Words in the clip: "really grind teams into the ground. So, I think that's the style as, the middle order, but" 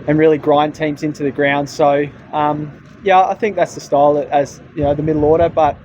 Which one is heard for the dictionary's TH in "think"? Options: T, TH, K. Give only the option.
TH